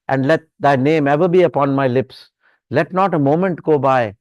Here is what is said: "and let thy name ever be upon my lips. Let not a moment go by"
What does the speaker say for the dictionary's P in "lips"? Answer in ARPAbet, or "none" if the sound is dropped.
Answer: P